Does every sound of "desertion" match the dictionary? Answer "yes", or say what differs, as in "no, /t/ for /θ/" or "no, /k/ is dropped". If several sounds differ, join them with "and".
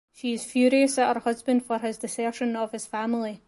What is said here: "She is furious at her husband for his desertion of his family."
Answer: no, /s/ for /z/